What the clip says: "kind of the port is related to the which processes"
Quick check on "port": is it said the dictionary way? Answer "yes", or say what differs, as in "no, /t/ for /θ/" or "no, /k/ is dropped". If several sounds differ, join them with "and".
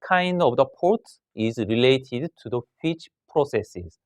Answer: yes